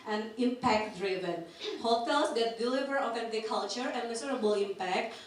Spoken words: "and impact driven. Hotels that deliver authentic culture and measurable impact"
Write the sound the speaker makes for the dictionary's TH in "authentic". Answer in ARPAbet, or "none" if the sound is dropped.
F